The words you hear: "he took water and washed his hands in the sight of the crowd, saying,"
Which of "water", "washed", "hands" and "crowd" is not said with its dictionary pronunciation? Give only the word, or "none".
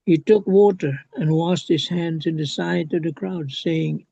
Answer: washed